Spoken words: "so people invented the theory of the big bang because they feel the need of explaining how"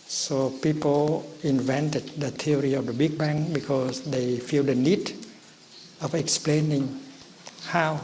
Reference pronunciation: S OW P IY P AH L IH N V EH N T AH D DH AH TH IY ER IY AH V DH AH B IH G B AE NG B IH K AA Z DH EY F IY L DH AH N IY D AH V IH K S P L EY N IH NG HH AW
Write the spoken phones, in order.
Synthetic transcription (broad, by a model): S OW P IY P AH L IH N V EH N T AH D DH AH T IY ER IY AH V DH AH B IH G B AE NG B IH K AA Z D EY F IY L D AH N IY D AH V IH K S P L EY N IH NG HH AW